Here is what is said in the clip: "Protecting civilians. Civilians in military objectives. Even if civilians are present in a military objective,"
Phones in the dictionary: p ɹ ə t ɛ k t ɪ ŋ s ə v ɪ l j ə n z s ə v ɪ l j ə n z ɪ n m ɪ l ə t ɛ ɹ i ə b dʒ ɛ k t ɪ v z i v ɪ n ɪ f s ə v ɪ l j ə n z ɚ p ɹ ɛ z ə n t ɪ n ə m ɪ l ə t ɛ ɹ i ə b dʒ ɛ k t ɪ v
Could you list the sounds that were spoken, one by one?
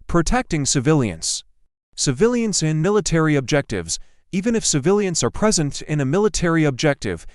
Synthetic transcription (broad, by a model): p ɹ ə t ɛ k t ɪ ŋ s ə v ɪ l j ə n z s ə v ɪ l j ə n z ɪ n m ɪ l ə t ɛ ɹ i ə b dʒ ɛ k t ɪ v z i v ɪ n ɪ f s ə v ɪ l j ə n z ɚ p ɹ ɛ z ə n t ɪ n ə m ɪ l ə t ɛ ɹ i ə b dʒ ɛ k t ɪ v